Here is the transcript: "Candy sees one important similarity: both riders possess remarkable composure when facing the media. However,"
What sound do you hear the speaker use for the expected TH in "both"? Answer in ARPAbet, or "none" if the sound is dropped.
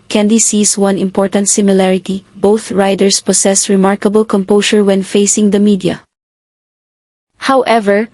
TH